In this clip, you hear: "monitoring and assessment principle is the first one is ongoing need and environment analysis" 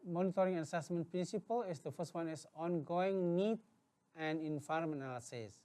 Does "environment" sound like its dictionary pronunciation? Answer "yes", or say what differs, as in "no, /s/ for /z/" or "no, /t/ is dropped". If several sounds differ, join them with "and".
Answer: no, /n/ is dropped and /t/ is dropped